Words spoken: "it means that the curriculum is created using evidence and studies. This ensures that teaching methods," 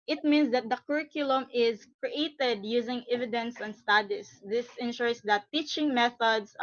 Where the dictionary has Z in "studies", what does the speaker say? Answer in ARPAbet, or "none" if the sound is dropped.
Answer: S